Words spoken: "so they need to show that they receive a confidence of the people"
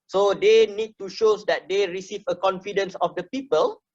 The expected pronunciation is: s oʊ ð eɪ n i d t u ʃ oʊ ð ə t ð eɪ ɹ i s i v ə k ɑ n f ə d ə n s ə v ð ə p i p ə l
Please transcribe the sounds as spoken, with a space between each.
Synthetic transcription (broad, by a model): s oʊ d eɪ n i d t u ʃ oʊ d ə t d eɪ ɹ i s i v ə k ɑ n f ə d ə n s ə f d ə p i p ə l